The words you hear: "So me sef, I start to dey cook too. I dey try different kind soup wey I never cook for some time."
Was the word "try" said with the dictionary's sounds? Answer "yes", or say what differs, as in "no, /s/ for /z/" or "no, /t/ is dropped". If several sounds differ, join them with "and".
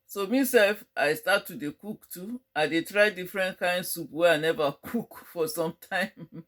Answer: yes